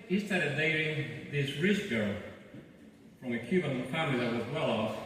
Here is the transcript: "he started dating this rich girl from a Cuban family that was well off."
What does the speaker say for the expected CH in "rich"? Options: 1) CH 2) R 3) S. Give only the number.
3